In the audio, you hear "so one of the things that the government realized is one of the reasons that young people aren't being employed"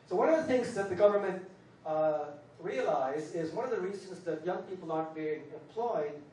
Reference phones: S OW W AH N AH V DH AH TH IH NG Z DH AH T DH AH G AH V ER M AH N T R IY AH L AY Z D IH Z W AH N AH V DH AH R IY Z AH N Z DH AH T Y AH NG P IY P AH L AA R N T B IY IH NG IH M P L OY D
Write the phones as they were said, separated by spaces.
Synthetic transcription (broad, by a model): S OW W AH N AH V DH AH TH IH NG Z DH AH T DH AH G AH V ER M AH N T R IY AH L AY Z IH Z W AH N AH V DH AH R IY Z AH N Z DH AH T Y AH NG P IY P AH L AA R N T B IY IH NG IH M P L OY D